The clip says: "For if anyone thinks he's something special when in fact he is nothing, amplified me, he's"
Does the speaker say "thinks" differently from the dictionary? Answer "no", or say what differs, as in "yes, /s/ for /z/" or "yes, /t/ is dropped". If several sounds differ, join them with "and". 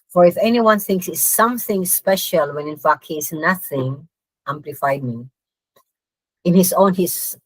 no